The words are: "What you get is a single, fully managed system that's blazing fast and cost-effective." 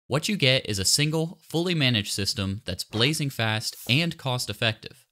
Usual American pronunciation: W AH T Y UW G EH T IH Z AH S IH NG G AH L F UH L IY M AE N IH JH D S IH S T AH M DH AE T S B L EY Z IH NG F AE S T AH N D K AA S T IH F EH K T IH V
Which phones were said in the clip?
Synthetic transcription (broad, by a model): W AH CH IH G EH T IH Z AH S IH NG G L F UH L IY M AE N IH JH S IH S T AH M DH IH T S B L EY Z IH NG F AE S T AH N K AA S T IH F EH K T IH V